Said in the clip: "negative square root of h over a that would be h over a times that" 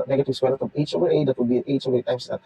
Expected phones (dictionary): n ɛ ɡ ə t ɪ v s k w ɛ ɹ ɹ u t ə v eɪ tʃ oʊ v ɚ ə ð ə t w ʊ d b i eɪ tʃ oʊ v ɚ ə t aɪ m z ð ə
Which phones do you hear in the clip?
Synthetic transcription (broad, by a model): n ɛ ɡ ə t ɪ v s w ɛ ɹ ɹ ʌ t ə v eɪ tʃ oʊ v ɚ ə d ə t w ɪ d b i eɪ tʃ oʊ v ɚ ə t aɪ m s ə